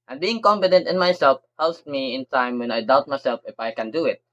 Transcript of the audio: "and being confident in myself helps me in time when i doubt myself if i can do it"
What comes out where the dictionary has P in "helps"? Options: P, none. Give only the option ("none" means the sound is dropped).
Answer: none